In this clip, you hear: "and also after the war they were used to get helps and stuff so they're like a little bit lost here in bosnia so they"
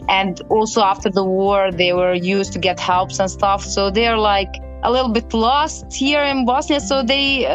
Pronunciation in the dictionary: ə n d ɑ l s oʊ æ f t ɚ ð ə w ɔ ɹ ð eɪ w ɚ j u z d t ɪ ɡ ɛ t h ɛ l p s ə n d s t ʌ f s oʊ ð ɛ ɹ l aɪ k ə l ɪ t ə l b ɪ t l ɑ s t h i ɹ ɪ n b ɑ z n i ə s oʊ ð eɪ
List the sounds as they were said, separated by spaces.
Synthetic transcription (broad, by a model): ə n d ɑ l s oʊ æ f t ɚ ð ə w ɔ ɹ ð eɪ w ɚ j u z t ɪ ɡ ɛ t h ɛ l p s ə n s t ʌ f s oʊ ð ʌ ɹ l aɪ k ə l ɪ t l b ɪ t l ɑ s t h i ɹ ɪ n b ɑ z n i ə s oʊ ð eɪ